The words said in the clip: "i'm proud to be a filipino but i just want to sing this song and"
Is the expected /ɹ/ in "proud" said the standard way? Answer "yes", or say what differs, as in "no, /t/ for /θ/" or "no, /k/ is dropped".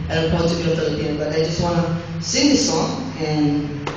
no, /ɹ/ is dropped